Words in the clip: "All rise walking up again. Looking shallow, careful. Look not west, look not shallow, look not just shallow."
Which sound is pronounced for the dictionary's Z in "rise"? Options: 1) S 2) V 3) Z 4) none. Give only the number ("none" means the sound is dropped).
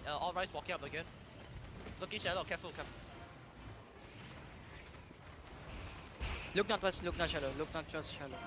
1